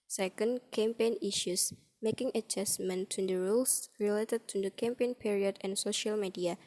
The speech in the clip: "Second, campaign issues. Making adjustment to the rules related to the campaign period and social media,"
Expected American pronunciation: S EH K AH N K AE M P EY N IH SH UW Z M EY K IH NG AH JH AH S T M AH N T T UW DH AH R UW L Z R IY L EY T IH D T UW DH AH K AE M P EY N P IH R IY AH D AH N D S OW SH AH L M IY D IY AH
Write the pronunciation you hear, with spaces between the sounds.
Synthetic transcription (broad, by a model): S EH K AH N K AE M P EY N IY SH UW S M EY K IH NG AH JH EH S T M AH N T T UW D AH R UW L S R IY L EY T IH D T UW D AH K AE M P EY N P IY R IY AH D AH N S OW SH AH L M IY D IY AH